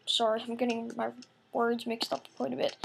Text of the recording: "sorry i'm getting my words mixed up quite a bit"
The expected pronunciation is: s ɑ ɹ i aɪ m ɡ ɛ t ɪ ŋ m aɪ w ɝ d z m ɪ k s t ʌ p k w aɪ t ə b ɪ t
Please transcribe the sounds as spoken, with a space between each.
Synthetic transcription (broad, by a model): s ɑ ɹ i aɪ m ɡ ɛ t ɪ ŋ m aɪ w ɝ d z m ɪ k s t ʌ p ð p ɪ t ə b ɪ t